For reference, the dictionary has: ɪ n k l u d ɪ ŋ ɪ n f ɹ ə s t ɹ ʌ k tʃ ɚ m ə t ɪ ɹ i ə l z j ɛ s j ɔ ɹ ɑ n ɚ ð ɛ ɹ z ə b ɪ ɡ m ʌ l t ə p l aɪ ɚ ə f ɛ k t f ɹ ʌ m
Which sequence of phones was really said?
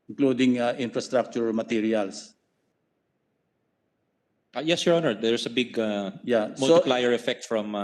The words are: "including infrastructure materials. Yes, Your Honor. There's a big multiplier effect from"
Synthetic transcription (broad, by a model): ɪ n k l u d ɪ ŋ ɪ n f ɹ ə s t ɹ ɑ k tʃ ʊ m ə t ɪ ɹ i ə l s j ɛ s j ɔ ɹ ɑ n ɚ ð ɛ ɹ s ə b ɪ ɡ m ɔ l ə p l aɪ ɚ ə f ɛ k t f ɹ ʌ m